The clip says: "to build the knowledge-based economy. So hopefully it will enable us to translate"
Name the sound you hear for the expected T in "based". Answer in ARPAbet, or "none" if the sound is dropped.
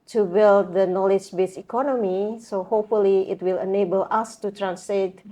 none